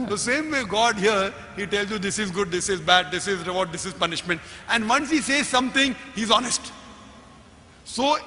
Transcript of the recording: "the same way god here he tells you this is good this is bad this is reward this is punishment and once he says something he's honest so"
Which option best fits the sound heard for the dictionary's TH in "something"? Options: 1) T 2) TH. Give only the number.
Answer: 1